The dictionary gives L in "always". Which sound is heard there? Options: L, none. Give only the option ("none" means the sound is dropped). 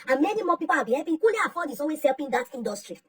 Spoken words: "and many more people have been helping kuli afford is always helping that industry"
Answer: none